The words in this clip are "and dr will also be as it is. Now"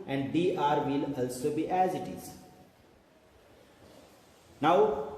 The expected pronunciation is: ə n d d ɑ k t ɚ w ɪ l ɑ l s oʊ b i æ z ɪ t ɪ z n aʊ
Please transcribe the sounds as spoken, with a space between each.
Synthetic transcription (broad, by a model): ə n d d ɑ t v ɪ l ɑ l s oʊ b i æ z ɪ t ɪ z n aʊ